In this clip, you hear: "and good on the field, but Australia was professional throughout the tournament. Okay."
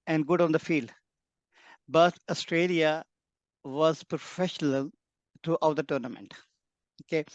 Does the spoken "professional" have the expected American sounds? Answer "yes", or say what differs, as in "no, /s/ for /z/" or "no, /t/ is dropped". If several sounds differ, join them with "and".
yes